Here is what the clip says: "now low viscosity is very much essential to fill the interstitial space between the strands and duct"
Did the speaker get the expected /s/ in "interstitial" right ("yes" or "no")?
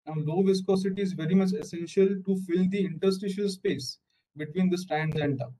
yes